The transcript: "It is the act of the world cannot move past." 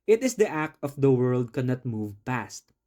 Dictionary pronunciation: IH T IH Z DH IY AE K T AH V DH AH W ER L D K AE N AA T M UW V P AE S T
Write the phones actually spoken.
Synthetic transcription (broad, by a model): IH T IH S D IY AE K T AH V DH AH W ER L D K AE N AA T M UW V P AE S T